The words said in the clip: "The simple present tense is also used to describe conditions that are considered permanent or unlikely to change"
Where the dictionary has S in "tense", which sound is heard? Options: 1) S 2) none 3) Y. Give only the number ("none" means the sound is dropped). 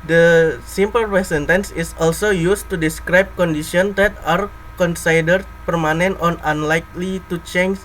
1